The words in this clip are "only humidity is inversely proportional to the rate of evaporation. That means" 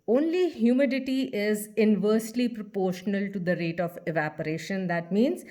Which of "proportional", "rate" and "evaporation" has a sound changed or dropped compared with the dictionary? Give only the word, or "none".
none